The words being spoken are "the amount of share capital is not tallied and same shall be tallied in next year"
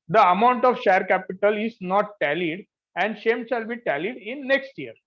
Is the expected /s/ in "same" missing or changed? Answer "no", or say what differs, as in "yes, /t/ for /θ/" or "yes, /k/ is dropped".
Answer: yes, /ʃ/ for /s/